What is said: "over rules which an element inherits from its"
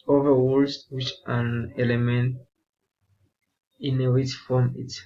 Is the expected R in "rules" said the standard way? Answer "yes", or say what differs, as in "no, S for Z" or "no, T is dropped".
no, W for R